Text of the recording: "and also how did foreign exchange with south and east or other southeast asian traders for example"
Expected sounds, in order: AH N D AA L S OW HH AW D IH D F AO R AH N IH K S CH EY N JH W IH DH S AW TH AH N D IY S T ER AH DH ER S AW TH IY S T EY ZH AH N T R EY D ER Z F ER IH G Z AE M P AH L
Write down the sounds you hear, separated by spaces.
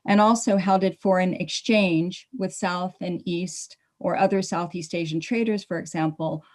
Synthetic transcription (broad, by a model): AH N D AA L S OW HH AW D IH D F AO R AH N IH K S CH EY N JH W IH DH S AW TH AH N IY S T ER AH DH ER S AW TH IY S T EY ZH N T R EY D ER Z F ER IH G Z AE M P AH L